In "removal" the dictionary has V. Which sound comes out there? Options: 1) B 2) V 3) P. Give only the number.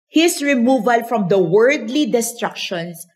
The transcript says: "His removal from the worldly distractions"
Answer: 2